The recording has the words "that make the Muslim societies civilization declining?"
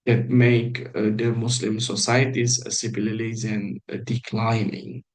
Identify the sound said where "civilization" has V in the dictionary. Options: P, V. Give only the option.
P